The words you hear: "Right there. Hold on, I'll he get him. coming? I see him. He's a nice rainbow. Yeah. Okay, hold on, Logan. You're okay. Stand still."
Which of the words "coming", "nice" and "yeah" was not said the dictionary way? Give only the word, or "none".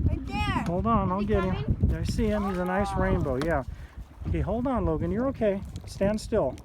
coming